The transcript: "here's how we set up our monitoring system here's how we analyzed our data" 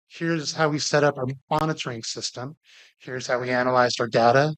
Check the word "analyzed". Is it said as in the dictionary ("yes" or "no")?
yes